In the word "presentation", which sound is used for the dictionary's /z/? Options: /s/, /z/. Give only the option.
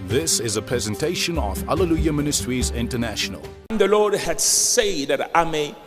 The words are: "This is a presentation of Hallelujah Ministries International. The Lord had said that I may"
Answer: /z/